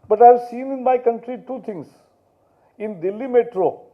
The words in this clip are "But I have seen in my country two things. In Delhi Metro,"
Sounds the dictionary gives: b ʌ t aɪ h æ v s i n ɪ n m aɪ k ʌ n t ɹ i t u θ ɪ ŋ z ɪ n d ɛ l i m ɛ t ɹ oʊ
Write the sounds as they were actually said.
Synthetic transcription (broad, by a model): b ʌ t aɪ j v s i n ɪ n m aɪ k ʌ n t ɹ i t u t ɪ ŋ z ɪ n d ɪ l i m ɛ t ɹ oʊ